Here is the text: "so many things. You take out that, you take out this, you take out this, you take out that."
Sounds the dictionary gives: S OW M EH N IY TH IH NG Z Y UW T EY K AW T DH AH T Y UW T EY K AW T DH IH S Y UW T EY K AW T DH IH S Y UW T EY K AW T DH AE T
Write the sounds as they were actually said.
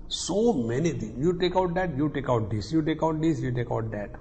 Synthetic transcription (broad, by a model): S OW M EH N IY T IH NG Y UW T EY K AW T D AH T Y UW T EY K AW T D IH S Y UW T EY K AW T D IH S Y UW T EY K AW T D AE T